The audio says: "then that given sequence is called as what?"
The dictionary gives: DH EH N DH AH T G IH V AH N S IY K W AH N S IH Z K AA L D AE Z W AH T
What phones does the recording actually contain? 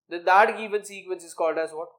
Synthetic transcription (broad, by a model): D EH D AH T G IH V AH N S IY K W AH N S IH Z K AA L D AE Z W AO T